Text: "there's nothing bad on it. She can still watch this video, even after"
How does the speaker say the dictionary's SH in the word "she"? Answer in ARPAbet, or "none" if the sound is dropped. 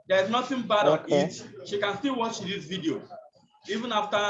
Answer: SH